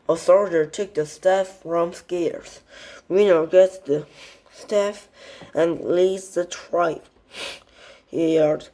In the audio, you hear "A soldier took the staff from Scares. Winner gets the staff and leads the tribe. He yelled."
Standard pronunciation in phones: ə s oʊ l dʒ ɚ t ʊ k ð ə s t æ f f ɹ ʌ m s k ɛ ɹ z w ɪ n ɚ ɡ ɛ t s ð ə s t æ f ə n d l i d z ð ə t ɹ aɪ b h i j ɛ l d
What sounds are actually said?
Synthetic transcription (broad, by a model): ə θ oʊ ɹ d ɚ t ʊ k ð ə s t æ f f ɹ ʌ m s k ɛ ɹ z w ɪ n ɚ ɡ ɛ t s ð ə s t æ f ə n l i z ð ə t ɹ aɪ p h i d